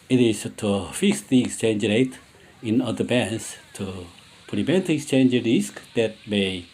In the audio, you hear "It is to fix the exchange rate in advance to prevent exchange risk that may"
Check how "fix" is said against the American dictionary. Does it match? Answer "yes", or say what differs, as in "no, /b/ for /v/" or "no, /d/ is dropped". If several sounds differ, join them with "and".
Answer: yes